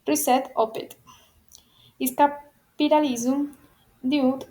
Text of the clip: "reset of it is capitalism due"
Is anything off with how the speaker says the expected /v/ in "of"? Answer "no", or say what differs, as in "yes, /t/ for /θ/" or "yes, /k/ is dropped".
yes, /p/ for /v/